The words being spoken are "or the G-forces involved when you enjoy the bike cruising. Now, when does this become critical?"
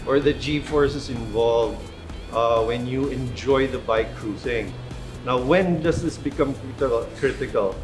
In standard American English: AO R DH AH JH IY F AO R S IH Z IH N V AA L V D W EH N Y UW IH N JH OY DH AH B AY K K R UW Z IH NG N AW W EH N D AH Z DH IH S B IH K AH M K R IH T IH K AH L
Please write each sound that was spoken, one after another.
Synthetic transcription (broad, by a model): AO R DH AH JH IY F AO R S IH S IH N V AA L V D W EH N Y UW IH N JH OY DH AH B AY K K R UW S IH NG N AW W EH N D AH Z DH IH S B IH K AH M K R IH T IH K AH L